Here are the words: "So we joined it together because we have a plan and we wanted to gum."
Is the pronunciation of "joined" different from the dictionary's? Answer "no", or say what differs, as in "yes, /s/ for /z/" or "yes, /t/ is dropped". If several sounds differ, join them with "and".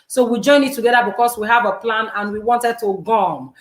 yes, /d/ is dropped